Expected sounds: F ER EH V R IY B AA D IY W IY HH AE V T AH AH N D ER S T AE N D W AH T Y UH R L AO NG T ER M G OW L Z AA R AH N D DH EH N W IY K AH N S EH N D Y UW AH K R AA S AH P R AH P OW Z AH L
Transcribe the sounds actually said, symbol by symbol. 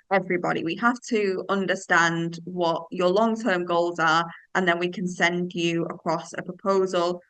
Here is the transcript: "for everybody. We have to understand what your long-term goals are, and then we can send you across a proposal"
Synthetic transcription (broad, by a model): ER EH V R IY B AA D IY W IY HH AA F T AH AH N D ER S T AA N D W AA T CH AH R L AO NG T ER M G OW L Z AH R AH N DH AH N W IY K AH N S EH N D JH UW AH K R AA S AH P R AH P OW Z AH L